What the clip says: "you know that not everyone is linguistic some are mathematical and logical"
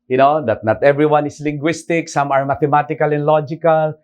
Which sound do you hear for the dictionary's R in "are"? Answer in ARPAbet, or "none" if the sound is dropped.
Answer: R